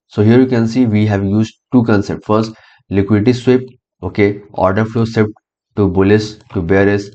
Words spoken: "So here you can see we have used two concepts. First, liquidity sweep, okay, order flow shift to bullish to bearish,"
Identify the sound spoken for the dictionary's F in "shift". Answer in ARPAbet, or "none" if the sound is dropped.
P